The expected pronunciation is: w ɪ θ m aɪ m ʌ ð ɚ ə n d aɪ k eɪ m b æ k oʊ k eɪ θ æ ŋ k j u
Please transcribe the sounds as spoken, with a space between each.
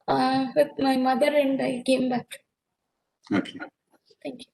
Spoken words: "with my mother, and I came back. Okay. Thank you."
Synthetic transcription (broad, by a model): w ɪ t m aɪ m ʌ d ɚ ə n d aɪ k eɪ m b æ k oʊ k eɪ t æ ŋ k j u